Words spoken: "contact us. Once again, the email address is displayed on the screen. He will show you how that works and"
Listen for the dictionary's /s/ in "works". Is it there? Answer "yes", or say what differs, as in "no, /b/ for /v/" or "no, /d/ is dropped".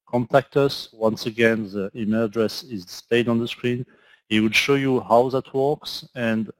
yes